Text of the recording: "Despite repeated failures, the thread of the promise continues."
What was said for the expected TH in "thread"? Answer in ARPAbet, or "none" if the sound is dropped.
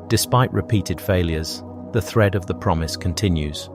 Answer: TH